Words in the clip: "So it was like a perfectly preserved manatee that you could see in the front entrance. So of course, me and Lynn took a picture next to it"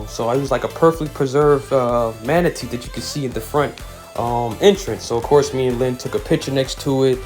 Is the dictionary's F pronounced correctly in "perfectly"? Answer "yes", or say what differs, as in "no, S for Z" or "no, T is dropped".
yes